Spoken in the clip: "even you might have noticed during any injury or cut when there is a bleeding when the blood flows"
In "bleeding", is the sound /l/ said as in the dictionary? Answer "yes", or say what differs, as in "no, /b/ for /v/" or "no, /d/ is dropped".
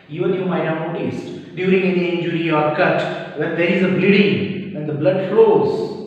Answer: yes